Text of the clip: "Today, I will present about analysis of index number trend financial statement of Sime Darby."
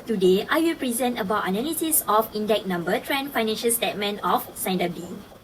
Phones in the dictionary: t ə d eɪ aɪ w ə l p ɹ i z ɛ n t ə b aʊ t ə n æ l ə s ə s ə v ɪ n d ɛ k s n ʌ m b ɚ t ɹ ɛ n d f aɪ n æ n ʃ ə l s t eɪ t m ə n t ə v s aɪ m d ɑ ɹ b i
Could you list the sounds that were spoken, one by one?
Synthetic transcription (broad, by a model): t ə d eɪ aɪ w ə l p ɹ i z ɛ n t ə b aʊ t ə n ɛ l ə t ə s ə f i n d ɛ k n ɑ m b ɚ t ɹ ɛ n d f aɪ n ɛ n ʃ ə l s t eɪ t m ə n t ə f s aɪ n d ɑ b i